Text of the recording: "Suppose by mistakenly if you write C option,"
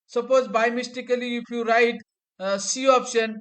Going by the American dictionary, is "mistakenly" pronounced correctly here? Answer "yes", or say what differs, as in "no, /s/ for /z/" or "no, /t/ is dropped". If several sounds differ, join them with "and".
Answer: no, /n/ is dropped